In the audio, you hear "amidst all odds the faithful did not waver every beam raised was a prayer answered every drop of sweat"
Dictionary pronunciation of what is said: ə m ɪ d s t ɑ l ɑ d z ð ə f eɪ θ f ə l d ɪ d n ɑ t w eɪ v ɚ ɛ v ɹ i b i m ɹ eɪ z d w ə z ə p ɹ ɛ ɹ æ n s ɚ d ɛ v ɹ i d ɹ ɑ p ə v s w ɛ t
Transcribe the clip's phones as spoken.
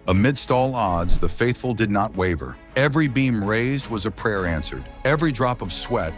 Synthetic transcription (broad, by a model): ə m ɪ d s t ɑ l ɑ d z ð ə f eɪ θ f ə l d ɪ d n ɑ t w eɪ v ɚ ɛ v ɹ i b i m ɹ eɪ z d w ə z ə p ɹ ɛ ɹ æ n s ɚ d ɛ v ɹ i d ɹ ɑ p ə v s w ɛ t